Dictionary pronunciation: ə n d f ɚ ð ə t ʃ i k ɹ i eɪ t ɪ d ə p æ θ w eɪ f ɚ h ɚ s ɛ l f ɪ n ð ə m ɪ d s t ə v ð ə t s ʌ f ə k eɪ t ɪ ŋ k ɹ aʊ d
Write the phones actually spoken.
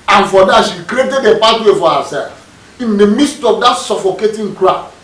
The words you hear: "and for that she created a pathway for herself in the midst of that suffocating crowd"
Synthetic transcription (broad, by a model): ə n f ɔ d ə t ʃ i k ɹ i eɪ t ɪ d ə p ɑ t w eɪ f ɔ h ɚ s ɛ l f ɪ n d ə m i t s t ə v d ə t s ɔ f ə k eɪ t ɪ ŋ k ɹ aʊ